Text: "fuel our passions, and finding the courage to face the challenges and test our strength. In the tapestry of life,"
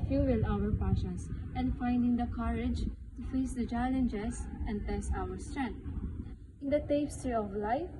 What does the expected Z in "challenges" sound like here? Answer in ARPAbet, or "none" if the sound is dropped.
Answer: S